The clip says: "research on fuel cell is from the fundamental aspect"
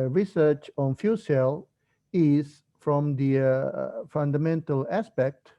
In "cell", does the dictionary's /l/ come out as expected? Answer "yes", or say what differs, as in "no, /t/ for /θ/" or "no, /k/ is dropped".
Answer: yes